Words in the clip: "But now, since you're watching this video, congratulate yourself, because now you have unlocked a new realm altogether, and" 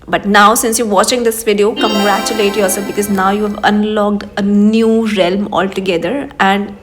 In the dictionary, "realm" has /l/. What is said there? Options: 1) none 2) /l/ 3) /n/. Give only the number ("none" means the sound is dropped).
2